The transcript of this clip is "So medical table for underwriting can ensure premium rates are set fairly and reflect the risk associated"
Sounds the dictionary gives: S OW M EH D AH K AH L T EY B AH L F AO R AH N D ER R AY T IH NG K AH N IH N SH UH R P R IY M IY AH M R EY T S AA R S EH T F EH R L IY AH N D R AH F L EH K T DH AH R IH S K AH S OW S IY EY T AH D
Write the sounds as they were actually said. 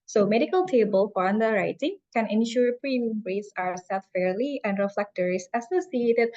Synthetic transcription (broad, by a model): S OW M EH D AH K AH L T EY B AH L F AO R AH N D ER R AY T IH NG K AH N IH N SH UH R P R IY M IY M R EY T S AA W S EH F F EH R L IY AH N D R AH F L EH K T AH R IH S AH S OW S IY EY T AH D